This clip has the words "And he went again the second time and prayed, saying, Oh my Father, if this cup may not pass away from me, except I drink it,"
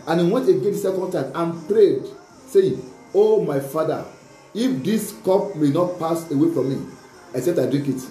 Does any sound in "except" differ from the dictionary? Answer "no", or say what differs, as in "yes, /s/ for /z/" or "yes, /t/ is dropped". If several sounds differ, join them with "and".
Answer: yes, /k/ is dropped